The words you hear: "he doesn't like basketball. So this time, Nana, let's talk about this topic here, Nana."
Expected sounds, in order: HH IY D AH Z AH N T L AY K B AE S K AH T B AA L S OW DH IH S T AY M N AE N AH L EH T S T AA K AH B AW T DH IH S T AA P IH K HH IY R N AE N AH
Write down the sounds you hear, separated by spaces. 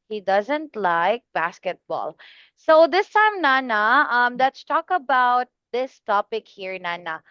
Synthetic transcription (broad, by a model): HH IY D AH Z AH N T L AY K B AE S K AH T B AA L S OW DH IH S T AY M N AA N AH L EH T S T AA K AH B AW T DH IH S T AA P IH K HH IY R N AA N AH